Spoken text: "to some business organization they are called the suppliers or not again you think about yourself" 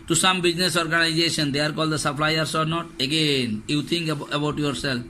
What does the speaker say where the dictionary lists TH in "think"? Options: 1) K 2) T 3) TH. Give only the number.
2